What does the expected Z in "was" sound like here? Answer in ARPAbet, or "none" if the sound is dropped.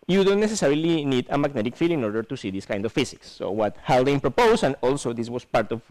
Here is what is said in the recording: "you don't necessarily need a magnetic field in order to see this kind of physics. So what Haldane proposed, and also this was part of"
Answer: S